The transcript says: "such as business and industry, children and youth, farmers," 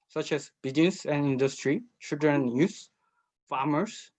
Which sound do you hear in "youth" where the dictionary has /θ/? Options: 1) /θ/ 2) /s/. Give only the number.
2